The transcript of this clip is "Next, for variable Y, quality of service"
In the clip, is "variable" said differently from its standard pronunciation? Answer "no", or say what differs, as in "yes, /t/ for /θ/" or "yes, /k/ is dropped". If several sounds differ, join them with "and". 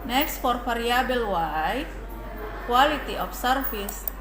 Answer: yes, /f/ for /v/